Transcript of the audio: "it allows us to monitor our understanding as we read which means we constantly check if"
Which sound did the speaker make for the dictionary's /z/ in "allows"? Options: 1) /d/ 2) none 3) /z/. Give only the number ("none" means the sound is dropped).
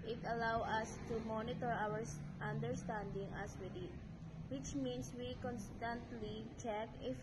2